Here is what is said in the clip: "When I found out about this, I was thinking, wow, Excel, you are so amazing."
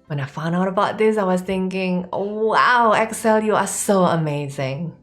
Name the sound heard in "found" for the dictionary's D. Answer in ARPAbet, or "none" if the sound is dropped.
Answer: D